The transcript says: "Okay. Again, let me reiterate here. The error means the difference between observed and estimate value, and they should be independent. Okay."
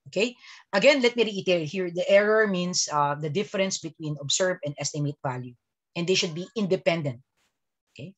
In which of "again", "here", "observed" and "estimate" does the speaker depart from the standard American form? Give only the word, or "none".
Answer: observed